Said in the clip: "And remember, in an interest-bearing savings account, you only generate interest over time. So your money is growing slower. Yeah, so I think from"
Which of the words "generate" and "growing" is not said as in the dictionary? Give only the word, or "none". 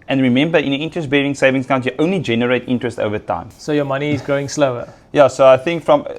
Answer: none